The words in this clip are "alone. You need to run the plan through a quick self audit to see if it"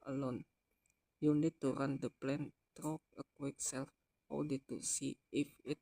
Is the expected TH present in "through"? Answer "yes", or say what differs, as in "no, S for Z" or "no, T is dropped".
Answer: no, T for TH